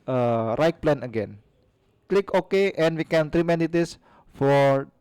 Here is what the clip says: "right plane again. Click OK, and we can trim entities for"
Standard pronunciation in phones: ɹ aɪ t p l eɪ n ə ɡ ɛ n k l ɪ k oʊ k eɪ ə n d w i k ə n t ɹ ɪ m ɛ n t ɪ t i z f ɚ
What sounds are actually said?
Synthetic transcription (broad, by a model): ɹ aɪ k p l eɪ n ə ɡ ɛ n k l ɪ k oʊ k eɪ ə n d w i k ə n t ɹ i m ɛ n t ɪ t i s f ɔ